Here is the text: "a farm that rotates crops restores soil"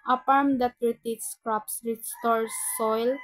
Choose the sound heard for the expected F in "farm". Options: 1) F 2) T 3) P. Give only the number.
3